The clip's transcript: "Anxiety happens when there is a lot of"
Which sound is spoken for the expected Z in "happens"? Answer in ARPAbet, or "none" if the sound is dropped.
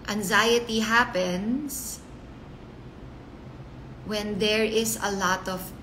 S